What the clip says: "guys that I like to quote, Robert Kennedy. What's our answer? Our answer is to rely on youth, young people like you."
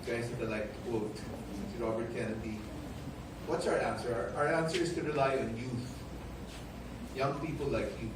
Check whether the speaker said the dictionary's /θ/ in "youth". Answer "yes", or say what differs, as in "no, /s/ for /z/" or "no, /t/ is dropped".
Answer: yes